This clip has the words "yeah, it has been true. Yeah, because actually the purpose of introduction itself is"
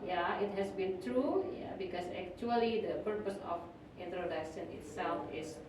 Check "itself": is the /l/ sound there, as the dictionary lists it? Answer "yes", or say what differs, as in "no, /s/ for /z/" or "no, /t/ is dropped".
yes